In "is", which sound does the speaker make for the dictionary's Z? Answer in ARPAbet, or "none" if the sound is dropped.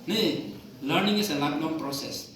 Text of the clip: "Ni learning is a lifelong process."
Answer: S